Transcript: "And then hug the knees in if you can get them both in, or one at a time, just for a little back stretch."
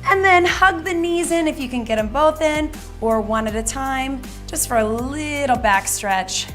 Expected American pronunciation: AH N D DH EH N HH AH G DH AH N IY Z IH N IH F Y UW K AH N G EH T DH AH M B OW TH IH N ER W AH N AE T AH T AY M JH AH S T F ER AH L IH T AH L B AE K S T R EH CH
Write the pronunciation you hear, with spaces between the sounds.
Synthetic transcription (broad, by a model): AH N DH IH N HH AH G DH AH N IY Z IH N IH F Y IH K AH N G EH T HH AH M B OW TH IH N ER W AH N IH T AH T AY M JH AH S T F ER AH L IH T L B AE K S T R EH CH